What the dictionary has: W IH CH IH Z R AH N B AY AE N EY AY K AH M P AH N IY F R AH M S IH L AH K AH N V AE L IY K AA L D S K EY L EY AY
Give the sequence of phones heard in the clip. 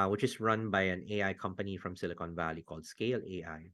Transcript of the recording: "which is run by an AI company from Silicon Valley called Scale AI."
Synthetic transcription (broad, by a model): W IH CH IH S R AH N B AY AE N EY AY K AH M P AH N IY F R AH M S IH L AH K AH N V AE L IY K AA L D S K EY L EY AY